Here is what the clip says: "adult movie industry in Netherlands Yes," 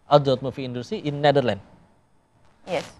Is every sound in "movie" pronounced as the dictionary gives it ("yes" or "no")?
no